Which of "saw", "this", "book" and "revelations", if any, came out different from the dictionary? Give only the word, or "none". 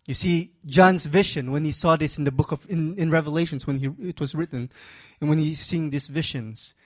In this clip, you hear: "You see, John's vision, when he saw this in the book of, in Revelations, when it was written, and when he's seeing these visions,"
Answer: none